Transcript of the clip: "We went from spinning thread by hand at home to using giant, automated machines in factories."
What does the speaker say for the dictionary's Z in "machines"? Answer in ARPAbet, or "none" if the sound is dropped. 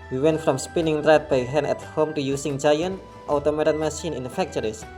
none